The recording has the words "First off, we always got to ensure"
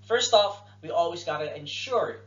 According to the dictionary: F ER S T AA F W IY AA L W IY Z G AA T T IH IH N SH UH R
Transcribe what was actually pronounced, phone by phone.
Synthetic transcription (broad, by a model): F ER S T AA F W IY AA L W IY Z G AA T T IH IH N SH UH R